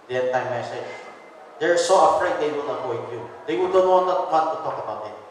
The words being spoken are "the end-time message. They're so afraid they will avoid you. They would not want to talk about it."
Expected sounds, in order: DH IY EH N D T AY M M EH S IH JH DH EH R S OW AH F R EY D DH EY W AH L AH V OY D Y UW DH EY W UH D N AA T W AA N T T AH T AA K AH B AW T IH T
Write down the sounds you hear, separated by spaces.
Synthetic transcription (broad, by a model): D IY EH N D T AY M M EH S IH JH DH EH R S OW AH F R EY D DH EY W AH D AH P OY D Y UW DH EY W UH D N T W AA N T T AH T AA K AH B AW T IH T